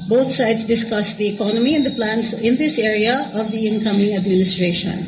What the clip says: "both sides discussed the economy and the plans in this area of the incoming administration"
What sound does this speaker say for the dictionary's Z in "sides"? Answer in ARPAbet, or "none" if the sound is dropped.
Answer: S